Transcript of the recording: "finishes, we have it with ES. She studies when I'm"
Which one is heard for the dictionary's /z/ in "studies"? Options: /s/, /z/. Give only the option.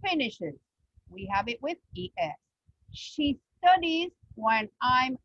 /z/